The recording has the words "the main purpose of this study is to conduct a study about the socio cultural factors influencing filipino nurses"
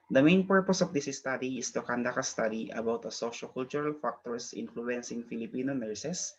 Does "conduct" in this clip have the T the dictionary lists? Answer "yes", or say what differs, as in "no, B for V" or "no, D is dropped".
no, T is dropped